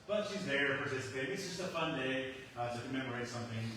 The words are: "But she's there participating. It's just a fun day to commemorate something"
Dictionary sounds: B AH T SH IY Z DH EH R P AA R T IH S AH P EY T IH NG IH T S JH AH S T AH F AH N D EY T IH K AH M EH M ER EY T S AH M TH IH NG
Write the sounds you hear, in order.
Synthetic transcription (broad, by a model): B AH T SH IY Z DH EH R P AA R S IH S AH IH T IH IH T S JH AH S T AH F AH N D EY T IH K AH M EH M ER EY T S AH M TH IH NG